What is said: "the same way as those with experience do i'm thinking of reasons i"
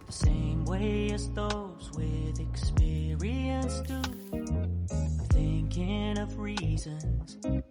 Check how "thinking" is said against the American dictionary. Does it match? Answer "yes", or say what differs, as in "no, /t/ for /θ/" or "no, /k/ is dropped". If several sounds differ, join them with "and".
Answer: yes